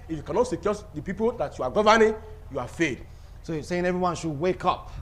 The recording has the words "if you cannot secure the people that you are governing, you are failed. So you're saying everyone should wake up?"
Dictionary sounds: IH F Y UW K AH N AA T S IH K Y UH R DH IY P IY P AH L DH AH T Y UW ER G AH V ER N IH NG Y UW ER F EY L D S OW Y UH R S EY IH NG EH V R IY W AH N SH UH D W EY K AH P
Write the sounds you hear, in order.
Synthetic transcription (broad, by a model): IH F Y UW K AH N AA T S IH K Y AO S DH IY P IY P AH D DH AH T Y UW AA G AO V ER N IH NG Y UW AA F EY D S OW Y S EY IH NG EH V R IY W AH N SH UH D W EY K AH P